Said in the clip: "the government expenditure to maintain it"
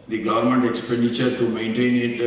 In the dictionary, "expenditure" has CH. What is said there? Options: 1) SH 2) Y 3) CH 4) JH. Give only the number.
3